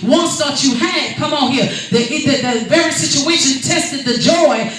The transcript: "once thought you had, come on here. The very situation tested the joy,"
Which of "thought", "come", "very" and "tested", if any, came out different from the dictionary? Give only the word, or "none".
thought